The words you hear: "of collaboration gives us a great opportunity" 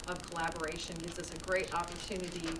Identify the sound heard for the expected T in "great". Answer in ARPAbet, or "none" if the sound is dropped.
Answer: T